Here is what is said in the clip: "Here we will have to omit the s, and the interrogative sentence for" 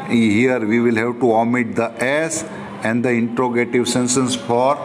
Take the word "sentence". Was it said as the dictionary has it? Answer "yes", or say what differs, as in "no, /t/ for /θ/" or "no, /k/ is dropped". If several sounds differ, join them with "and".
no, /s/ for /t/